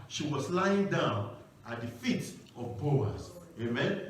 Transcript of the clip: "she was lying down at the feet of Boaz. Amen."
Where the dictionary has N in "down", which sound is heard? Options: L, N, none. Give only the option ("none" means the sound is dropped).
N